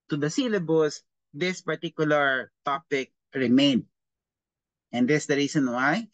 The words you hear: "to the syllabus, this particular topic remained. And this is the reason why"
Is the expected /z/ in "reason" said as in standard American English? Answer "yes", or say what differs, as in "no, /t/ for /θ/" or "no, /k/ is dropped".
no, /s/ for /z/